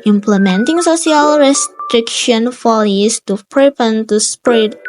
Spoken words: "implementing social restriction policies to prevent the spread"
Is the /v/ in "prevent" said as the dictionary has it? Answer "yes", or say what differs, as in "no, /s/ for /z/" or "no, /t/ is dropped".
no, /p/ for /v/